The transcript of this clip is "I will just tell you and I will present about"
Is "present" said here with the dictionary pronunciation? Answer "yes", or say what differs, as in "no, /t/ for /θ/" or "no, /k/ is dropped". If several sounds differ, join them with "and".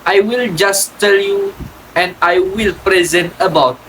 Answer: yes